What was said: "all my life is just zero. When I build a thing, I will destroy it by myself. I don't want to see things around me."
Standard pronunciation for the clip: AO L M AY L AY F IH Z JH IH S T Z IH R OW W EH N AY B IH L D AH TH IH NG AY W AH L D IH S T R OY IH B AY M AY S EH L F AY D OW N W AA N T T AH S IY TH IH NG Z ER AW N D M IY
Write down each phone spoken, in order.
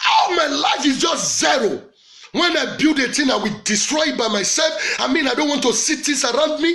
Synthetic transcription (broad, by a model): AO M AY L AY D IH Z JH IH S T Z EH R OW W EH N AY B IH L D AH T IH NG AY W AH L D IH S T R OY IH B AY M AY S EH L F AY D OW N W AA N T T AH S IY T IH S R AW N D M IY